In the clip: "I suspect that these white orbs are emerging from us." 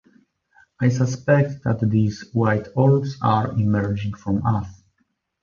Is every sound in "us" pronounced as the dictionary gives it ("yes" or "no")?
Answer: no